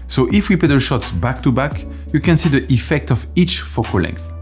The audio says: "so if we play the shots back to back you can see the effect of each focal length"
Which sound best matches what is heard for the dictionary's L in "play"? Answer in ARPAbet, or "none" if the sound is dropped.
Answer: none